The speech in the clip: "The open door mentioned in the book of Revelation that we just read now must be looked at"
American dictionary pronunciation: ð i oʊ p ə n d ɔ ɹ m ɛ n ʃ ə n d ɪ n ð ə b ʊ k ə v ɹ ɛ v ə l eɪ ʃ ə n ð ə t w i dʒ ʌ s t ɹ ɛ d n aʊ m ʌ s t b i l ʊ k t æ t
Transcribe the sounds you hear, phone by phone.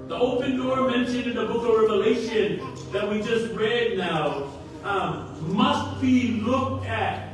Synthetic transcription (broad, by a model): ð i oʊ p ə n d ɔ ɹ m ɛ n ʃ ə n ɪ n ð ə b ʊ k ə v ɹ ɛ v ə l eɪ ʃ ə n ð ə t w i dʒ ʌ s t ɹ ɛ d n aʊ m ʌ s t b i l ʊ k t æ t